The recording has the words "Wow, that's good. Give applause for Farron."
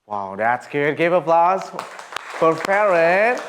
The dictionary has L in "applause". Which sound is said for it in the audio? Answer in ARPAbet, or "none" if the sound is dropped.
L